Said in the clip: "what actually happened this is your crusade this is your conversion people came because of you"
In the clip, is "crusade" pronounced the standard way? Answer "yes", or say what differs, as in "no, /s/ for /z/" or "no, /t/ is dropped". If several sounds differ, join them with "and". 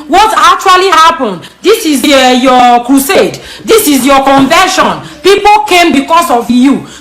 yes